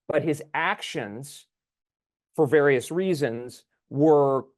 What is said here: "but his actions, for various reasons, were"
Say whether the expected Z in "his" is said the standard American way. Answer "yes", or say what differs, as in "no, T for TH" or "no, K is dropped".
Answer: yes